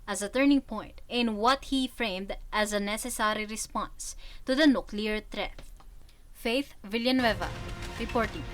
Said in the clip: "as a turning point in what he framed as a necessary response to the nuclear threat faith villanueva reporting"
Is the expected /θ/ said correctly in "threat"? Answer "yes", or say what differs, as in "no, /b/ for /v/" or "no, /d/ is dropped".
no, /t/ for /θ/